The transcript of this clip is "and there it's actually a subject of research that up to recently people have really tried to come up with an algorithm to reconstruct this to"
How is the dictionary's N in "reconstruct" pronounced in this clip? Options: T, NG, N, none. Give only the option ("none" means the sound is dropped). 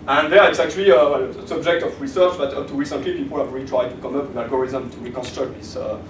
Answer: N